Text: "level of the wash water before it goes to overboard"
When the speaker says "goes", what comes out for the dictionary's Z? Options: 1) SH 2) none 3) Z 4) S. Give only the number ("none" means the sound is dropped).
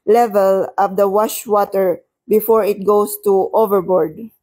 4